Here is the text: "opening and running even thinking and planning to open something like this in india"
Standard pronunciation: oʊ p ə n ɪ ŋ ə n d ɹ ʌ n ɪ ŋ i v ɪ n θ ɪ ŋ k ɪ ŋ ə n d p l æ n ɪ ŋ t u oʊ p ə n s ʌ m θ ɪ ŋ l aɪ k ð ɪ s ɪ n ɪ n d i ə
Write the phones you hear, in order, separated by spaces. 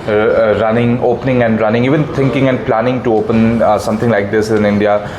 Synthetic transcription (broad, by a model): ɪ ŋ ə n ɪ ŋ ə n d ɹ ʌ n ɪ ŋ i v ɪ n t ɪ ŋ k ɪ ŋ ə n d p l æ n ɪ ŋ t u oʊ p ə n s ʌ m t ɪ ŋ l aɪ k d ɪ s ɪ n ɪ n d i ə